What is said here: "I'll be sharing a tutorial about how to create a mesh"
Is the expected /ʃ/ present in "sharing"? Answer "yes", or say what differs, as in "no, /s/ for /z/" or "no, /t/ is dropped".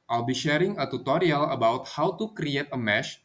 yes